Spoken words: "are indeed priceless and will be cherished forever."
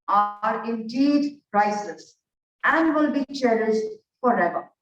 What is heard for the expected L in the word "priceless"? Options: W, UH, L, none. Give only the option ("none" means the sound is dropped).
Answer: none